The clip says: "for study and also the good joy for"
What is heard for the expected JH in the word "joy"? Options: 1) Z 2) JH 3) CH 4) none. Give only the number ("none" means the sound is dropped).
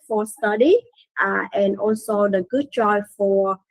3